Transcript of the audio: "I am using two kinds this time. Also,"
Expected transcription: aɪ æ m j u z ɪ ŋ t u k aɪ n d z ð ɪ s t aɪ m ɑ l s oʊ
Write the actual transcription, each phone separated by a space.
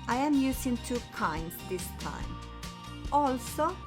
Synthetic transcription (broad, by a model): aɪ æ m j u s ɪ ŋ t u k aɪ n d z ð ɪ s t aɪ m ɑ l s oʊ